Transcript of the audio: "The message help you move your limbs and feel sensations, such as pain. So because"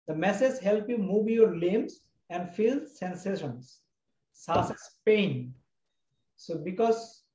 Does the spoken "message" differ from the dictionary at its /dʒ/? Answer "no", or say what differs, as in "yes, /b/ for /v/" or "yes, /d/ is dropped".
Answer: yes, /z/ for /dʒ/